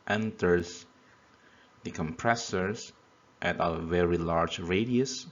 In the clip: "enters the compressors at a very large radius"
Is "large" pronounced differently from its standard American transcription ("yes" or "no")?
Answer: no